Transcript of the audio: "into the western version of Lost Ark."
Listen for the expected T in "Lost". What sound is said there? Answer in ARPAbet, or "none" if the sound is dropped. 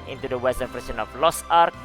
none